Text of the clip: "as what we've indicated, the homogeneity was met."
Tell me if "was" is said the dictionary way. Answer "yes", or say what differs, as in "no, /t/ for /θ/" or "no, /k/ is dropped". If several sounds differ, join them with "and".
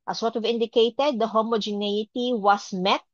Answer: no, /s/ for /z/